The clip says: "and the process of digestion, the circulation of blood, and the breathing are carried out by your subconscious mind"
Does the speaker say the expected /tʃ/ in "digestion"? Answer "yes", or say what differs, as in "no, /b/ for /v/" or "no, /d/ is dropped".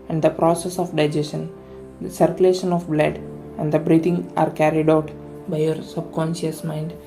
no, /tʃ/ is dropped